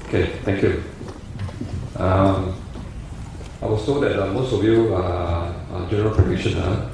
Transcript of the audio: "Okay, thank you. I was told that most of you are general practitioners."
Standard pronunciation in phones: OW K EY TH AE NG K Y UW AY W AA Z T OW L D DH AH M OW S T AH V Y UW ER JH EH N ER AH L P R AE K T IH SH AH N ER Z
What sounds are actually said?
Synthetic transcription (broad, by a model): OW K EY T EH NG K Y UW AY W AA S T OW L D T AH M OW S T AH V Y UW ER JH EH N ER AH L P R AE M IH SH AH N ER